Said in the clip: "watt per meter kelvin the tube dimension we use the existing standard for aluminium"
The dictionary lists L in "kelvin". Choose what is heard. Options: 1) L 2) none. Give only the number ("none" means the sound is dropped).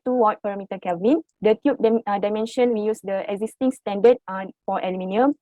2